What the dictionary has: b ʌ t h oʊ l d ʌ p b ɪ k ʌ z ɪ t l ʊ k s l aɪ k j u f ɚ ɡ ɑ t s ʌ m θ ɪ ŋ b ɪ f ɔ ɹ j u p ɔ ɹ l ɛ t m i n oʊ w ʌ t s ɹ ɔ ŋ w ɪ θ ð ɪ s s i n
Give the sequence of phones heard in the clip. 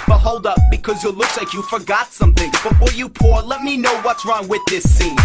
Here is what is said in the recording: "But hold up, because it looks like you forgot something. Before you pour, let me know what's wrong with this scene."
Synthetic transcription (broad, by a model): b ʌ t h oʊ l d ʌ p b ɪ k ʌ z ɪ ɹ l ʊ k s l aɪ k j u f ɚ ɡ ɑ t s ʌ m θ ɪ ŋ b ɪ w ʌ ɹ j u p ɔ ɹ l ɛ t m i n oʊ w ʌ t s ɹ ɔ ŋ w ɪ ð ɪ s s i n